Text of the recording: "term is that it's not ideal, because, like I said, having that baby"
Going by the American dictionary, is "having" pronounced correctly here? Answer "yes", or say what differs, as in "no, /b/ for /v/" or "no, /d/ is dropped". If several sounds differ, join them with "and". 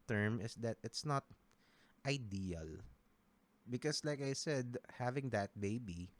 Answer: yes